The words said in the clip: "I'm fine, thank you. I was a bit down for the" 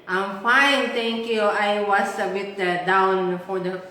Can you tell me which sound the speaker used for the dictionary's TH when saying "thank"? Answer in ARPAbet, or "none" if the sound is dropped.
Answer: T